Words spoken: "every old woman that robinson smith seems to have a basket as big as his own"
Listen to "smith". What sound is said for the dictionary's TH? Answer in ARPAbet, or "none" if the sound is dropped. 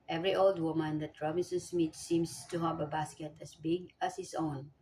T